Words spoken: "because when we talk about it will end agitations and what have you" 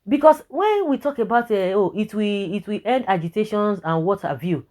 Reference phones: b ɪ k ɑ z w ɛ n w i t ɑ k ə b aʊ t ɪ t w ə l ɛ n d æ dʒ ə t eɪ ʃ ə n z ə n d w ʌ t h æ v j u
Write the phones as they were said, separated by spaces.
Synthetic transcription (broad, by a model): b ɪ k ɑ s w ɛ n w i t ɑ k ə b aʊ t ɪ t w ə w ɛ n d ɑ dʒ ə t eɪ ʃ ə n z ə n w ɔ t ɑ v j u